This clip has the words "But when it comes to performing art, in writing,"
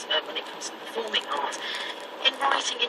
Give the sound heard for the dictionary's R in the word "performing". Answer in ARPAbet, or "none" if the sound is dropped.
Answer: L